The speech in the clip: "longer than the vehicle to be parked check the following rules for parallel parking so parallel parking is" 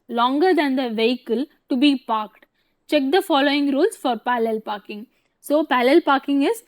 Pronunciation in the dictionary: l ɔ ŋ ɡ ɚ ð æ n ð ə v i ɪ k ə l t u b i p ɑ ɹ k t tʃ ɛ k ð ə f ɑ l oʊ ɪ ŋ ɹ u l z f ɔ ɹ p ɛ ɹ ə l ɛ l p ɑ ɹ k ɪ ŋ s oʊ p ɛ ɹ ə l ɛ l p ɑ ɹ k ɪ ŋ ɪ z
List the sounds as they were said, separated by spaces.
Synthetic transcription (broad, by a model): l ɔ ŋ ɡ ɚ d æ n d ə v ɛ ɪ k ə l t u b i p ɑ ɹ k t tʃ ɛ k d ə f ɑ l oʊ ɪ ŋ ɹ u l s f ɔ ɹ p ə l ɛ l p ɑ ɹ k ɪ ŋ s oʊ p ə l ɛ l p ɑ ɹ k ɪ ŋ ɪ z